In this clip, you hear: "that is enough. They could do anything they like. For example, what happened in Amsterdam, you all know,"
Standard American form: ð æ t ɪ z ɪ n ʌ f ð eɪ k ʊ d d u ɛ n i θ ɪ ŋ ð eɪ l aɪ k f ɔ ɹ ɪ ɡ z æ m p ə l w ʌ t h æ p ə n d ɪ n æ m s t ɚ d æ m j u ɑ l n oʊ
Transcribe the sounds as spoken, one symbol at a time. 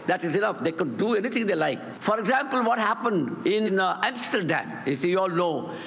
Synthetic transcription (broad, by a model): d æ t ɪ z ɪ n ʌ f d eɪ k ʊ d d u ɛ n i t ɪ ŋ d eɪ l aɪ k f ɔ ɹ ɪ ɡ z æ m p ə l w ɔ t h æ p ə n d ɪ n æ m s t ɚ d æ m j u ɑ l n oʊ